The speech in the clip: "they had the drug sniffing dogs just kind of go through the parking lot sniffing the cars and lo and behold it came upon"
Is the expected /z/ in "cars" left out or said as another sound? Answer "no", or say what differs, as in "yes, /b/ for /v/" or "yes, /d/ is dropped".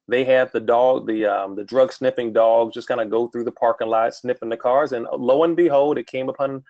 no